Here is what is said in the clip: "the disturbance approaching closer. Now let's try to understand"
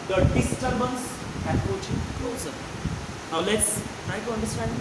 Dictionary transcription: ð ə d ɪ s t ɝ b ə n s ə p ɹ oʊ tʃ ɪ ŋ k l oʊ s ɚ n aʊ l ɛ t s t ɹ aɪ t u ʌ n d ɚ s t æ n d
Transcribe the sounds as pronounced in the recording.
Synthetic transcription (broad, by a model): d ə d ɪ s t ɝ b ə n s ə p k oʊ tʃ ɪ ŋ k l oʊ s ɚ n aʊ l ɛ t s t ɹ aɪ t u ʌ n d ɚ s t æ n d